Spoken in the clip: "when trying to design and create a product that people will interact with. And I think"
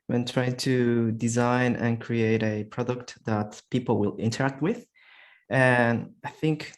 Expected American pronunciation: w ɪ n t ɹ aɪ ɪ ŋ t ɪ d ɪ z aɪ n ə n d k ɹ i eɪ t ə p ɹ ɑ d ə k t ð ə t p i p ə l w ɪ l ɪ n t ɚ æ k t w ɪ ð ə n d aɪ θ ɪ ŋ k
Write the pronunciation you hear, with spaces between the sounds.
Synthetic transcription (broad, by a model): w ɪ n t ɹ aɪ ɪ ŋ t ɪ d ɪ z aɪ n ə n k ɹ i eɪ t ə p ɹ ɑ d ə k t ð ə t p i p l w ɪ l ɪ n t ɚ æ k t w ɪ ð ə n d aɪ θ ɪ ŋ k